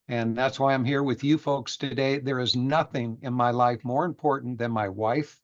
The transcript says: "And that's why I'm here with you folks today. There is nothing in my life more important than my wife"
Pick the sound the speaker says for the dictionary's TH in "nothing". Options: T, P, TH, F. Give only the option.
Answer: TH